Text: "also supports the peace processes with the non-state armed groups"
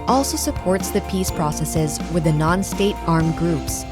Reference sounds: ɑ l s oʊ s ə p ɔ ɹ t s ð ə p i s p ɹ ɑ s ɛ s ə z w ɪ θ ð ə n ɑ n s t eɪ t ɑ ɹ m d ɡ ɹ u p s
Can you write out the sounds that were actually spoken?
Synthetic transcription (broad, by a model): ɑ l s oʊ s ə p ɔ ɹ t s ð ə p i s p ɹ ɑ s ɛ s ə z w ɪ ð ə n ɑ n s t eɪ t ɑ ɹ m ɡ ɹ u p s